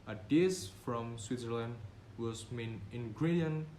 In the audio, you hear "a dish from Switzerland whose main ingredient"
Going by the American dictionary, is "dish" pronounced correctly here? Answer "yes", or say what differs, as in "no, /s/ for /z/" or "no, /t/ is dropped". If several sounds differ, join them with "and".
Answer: no, /s/ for /ʃ/